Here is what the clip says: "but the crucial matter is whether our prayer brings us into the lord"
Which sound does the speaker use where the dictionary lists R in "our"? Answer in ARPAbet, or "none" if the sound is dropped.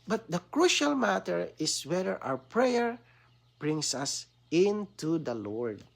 W